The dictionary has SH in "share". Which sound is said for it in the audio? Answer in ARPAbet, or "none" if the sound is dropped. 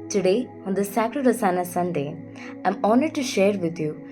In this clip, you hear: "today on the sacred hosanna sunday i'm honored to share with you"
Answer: SH